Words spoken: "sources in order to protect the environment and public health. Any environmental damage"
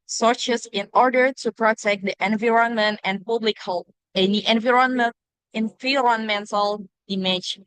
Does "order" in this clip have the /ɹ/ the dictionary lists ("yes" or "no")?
yes